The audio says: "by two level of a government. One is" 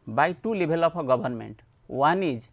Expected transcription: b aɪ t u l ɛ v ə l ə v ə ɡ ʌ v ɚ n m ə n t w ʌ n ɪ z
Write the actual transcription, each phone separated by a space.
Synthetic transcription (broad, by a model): b aɪ t u l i b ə l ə p ə ɡ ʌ b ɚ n m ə n t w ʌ n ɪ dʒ